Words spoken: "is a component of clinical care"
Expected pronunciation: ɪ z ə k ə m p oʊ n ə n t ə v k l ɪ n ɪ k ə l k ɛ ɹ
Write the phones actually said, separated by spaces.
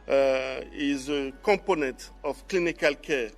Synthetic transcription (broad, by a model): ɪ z ə k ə p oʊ n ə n t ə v k l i n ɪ k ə l k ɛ